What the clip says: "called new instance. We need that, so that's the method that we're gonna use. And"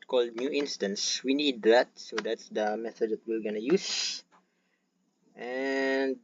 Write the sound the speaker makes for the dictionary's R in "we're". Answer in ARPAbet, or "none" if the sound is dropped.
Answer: L